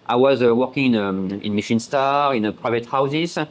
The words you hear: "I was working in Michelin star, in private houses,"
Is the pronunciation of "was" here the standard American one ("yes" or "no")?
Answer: yes